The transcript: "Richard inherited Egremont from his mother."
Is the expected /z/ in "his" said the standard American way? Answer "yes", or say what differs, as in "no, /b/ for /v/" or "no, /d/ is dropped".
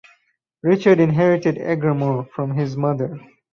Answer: yes